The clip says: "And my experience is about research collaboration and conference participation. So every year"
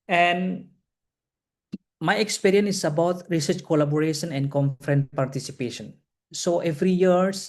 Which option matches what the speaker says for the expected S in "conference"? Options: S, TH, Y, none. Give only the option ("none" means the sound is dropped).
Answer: none